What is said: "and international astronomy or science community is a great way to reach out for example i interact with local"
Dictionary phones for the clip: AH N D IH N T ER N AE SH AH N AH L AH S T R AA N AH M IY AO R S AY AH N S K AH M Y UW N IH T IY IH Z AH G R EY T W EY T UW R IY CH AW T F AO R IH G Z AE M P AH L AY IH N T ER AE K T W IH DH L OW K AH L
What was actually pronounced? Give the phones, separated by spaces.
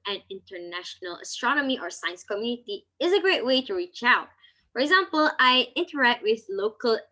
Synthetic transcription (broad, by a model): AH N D IH N T ER N AE SH AH N AH L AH S T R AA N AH M IY AO R S AY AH N S K AH M Y UW N IH T IY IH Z AH G R EY T W EY T UW R IY CH AW T F AO R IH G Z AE M P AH L AY IH N T ER AE K T W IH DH L OW K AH L